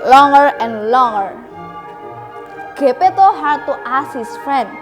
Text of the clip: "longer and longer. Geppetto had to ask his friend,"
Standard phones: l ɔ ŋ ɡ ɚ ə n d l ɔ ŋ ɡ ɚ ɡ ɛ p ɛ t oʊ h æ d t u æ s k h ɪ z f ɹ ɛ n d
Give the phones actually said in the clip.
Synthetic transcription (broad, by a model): l ɔ ŋ ɡ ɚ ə n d l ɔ ŋ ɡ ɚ ɡ ɛ p ɛ t oʊ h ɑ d t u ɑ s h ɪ s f ɹ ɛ n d